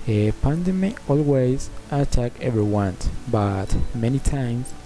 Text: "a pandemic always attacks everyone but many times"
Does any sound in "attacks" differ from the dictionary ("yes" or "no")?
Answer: yes